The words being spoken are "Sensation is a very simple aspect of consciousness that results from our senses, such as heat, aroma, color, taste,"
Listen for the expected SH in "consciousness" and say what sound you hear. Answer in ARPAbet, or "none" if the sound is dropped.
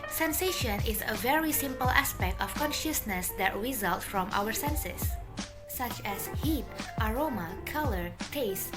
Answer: SH